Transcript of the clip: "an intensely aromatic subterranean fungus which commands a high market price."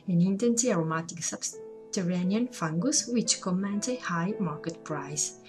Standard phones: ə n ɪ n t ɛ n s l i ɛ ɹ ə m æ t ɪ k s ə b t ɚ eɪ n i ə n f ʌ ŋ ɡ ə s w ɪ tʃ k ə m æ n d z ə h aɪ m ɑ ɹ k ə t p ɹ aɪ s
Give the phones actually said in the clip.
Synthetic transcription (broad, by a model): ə n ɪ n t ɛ n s i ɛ ɹ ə m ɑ t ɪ k s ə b t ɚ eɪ n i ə n f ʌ ŋ ɡ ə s w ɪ tʃ k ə m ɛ n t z ə h aɪ m ɑ ɹ k ə t p ɹ aɪ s